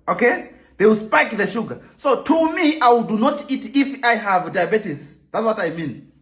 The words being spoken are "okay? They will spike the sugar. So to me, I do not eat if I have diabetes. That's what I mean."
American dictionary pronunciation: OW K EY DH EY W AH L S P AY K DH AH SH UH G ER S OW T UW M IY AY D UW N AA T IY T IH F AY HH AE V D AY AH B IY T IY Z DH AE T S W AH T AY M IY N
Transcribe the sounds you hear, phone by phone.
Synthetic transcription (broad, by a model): OW K EY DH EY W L S P AY K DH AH SH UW G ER S OW T UW M IY AY D UW N AA T IY T IH F AY HH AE V D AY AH B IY T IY S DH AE T S W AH T AY M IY N